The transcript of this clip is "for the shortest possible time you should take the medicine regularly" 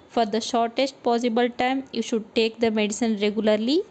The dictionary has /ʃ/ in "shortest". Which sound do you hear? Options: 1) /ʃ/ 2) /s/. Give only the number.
1